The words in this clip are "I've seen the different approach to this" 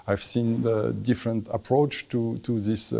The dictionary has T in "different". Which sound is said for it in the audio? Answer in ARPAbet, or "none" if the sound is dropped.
T